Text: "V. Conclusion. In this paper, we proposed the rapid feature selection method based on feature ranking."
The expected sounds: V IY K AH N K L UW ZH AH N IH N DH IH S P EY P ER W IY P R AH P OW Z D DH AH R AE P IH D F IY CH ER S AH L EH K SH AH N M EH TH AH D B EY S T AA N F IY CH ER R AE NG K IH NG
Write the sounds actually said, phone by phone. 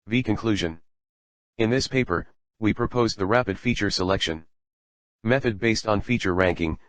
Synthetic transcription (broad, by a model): V IY K AH N K L UW ZH AH N IH N DH IH S P EY P ER W IY P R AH P OW Z DH AH R AE P IH D F IY CH ER S AH L EH K SH AH N M EH TH AH D B EY S T N F IY CH ER R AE NG K IH NG